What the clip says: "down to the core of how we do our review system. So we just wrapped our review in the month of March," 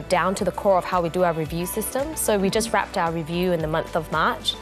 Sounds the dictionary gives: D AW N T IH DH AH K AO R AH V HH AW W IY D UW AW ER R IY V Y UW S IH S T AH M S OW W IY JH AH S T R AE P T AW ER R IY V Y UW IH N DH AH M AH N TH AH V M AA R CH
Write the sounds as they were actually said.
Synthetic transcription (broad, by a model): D AW N T IH DH AH K AO R AH V HH AW W IY D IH AW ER R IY V Y UW S IH S T AH M S OW W IY JH AH S T R AE P T AW ER R IY V Y UW IH N DH AH M AH N TH AH V M AA R CH